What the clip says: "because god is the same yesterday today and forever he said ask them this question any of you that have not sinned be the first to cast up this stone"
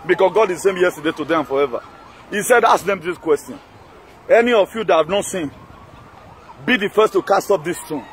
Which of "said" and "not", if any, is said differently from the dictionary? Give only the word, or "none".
none